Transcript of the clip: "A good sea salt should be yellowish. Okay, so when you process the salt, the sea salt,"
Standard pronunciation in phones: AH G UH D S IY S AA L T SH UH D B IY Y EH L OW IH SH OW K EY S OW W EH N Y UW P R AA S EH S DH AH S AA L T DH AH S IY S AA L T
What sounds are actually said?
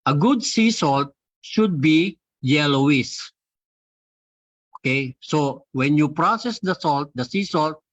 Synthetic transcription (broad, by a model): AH G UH D S IY S AA L T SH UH D B IY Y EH L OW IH S OW K EY S OW W EH N Y UW P R AA S EH S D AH S AA L T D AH S IY S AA L T